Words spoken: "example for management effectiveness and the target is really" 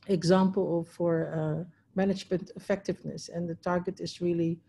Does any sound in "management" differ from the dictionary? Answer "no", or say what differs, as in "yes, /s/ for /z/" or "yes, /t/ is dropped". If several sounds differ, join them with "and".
no